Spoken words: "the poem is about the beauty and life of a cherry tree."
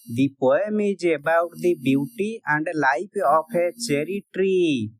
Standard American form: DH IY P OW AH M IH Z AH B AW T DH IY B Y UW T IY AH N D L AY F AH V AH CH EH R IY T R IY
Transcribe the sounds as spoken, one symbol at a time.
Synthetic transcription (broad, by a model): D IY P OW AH M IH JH AH B AW T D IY B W T IY AH N D L AY P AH P AH CH EH R IY T R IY